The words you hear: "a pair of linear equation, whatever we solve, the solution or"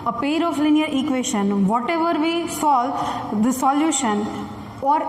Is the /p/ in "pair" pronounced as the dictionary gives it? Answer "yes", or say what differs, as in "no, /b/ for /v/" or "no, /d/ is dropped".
yes